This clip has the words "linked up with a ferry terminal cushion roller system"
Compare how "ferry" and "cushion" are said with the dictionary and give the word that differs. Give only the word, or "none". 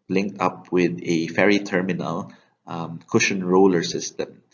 none